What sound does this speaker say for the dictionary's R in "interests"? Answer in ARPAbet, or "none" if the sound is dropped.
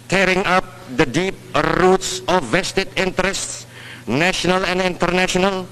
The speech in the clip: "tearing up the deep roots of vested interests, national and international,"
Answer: R